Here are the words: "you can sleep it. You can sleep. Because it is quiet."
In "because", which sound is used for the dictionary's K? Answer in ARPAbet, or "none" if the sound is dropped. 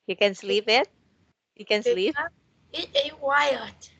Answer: none